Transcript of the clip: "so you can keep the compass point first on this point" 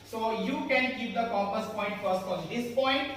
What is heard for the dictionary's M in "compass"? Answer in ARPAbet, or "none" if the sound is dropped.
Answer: none